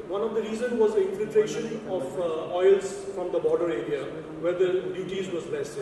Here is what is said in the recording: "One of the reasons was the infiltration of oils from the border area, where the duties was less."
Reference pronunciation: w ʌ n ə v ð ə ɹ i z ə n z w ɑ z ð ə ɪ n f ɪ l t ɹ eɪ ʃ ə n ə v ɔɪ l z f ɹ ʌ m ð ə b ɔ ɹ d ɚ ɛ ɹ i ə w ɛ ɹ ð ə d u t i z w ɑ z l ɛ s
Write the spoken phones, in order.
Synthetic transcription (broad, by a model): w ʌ n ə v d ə ɹ i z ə n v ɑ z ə ɪ n f ɪ l t ɹ eɪ ʃ ə n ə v ɔɪ l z f ɹ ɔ m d ə b ɔ ɹ d ɚ ɛ ɹ i ə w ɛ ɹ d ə d u t i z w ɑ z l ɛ s